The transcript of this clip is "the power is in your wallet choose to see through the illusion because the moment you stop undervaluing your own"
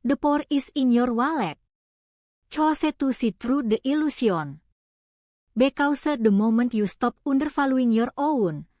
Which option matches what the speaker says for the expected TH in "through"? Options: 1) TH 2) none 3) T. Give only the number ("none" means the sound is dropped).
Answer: 3